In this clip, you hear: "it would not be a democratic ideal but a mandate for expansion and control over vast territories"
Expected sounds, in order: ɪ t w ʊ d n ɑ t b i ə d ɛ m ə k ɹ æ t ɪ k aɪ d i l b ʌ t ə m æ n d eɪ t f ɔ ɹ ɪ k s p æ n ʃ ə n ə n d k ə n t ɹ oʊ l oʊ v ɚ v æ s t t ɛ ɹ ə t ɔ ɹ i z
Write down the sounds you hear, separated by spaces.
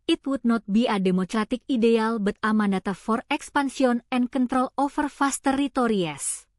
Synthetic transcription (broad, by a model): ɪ t w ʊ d n ɑ t b i ə d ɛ m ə k ɹ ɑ t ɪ k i d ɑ l b ʌ t ə m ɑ n d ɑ t f ɔ ɹ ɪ k s p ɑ n s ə n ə n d k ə n t ɹ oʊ l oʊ f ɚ f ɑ s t t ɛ ɹ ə t ɔ ɹ i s